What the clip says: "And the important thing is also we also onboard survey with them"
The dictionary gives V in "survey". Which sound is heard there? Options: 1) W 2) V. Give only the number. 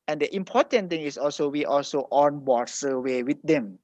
1